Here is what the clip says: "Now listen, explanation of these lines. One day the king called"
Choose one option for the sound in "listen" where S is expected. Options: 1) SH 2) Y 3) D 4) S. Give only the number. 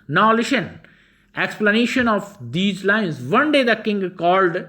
1